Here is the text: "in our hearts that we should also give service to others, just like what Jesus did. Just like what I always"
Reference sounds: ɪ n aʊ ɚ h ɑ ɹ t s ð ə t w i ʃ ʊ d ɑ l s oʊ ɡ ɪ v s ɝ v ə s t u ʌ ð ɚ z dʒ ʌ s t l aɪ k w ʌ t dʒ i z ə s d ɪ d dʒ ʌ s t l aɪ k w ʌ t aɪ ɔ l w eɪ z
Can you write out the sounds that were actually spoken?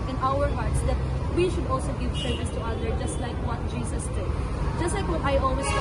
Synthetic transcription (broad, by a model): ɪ n aʊ ɚ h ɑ ɹ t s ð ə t w i ʃ ʊ d ɑ l s oʊ ɡ ɪ v s ɝ v ə s t u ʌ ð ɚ dʒ ʌ s t l aɪ k w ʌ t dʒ i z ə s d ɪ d dʒ ʌ s t l aɪ k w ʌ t aɪ ɔ l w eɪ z